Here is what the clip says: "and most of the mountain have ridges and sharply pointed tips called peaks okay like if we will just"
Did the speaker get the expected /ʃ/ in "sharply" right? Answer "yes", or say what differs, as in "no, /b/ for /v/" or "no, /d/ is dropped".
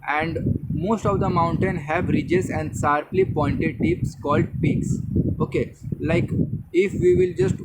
no, /s/ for /ʃ/